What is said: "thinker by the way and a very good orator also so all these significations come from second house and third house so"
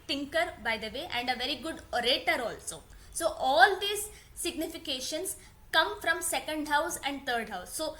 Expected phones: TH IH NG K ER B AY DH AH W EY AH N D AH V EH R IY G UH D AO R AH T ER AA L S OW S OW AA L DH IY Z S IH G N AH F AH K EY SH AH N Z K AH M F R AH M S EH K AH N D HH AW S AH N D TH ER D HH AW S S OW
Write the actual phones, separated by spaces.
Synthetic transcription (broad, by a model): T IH NG K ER B AY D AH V EY AH N D AH V EH R IY G UH D AO R AH T ER AA L S OW S OW AA L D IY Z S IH G N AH F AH K EY SH AH N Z K AH M F R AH M S EH K AH N D HH AW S AH N D T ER D HH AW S S OW